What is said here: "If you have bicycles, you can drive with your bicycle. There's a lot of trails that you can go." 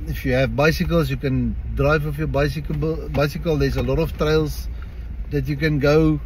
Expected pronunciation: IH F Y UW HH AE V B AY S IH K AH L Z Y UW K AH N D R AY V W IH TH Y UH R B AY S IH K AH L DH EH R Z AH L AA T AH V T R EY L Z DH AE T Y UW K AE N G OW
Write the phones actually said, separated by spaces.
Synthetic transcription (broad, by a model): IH F Y UW HH AE V B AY S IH K AH L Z Y UW K AH N D R AY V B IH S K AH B B AY S IH K AH L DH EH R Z AH L AA T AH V T R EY L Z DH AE T Y UW K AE N G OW